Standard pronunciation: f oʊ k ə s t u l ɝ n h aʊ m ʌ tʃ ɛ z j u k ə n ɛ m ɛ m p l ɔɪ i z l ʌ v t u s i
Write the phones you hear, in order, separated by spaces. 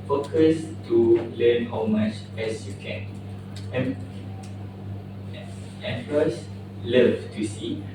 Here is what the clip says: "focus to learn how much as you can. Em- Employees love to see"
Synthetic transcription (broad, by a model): f oʊ k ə s t u l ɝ n h aʊ m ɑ tʃ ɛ s j u k ə n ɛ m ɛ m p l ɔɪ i s l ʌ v t u s i